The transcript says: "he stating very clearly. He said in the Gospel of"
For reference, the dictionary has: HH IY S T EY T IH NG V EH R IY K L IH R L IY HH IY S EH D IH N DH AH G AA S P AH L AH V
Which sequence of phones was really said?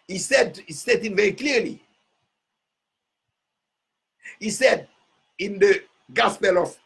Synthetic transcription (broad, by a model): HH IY S S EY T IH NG V EH R IY K L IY L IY HH IY S EH D IH N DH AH G AA S P AH L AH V